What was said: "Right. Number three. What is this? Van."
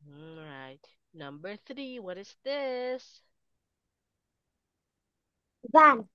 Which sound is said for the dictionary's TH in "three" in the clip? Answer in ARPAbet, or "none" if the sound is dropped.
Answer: TH